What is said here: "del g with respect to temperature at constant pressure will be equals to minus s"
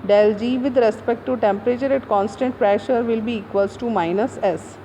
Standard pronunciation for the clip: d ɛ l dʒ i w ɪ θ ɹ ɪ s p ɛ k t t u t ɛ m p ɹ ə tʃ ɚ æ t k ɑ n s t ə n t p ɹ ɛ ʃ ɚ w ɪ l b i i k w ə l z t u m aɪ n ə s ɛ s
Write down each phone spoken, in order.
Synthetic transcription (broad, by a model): d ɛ l dʒ i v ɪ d ɹ ɪ s p ɛ k t t u t ɛ m p ɹ ə tʃ ɚ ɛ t k ɑ n s t ə n t p ɹ ɛ ʃ ɚ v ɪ l b i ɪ k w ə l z t u m aɪ n ə s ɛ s